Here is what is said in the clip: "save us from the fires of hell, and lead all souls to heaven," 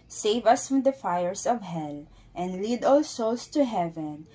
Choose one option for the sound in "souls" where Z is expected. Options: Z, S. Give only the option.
S